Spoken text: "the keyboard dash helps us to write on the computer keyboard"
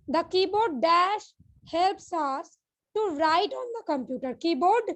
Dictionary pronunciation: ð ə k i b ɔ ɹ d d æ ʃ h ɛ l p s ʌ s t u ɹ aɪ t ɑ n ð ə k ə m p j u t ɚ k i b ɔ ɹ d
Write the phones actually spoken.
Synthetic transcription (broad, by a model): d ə k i b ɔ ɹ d d æ ʃ h ɛ l p s ʌ s t u ɹ aɪ t ɑ n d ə k ə m p j u t ɚ k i b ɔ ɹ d